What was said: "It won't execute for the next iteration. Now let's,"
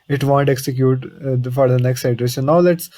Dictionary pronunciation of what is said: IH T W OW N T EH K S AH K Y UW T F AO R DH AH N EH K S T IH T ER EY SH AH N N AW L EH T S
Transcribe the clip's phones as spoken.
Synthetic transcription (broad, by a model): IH T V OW N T EH K S AH K Y UW T F AO R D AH N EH K S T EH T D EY S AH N N AW L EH T S